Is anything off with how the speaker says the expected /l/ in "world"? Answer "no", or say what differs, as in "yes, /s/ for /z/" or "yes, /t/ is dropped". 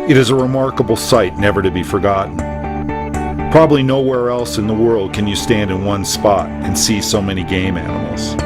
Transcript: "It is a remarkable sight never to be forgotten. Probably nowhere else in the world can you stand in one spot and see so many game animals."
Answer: no